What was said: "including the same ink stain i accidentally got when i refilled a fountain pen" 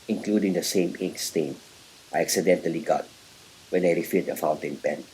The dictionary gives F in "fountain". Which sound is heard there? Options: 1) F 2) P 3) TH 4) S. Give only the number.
1